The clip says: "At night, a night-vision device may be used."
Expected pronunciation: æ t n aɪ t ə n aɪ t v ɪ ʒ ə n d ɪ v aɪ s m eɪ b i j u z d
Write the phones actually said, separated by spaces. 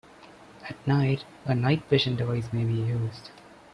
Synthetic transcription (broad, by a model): æ t n aɪ t ə n aɪ t p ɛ ʃ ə n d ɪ v aɪ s m eɪ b i j u z d